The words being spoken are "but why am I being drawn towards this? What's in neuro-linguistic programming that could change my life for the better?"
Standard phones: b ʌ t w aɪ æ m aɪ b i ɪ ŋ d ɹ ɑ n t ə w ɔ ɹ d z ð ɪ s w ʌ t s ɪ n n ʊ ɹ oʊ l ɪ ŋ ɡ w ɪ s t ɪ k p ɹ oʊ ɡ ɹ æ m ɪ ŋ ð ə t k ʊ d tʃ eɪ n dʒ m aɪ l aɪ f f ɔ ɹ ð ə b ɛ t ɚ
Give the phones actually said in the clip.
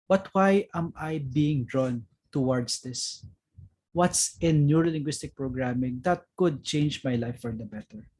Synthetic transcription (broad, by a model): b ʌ t w aɪ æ m aɪ b i ɪ ŋ d ɹ ɑ n t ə w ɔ ɹ d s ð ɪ s w ʌ t s ɪ n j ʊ ɹ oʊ l ɪ ŋ ɡ w ɪ s t ɪ k p ɹ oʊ ɡ ɹ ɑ m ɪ ŋ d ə t k ʊ d tʃ eɪ n dʒ m aɪ l aɪ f f ɔ ɹ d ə b ɛ t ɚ